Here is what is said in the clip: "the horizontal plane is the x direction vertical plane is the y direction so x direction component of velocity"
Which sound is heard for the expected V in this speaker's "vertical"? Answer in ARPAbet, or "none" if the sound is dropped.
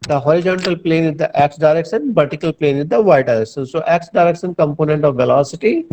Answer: B